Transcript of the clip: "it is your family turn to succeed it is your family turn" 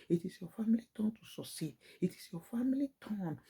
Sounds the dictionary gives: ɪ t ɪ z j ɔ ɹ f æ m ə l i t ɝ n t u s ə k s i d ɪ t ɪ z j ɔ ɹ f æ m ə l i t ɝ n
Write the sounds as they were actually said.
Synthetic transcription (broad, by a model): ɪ t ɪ s j ɔ f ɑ m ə l i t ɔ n t u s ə s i ɪ t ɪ s j ɔ f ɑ m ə l i t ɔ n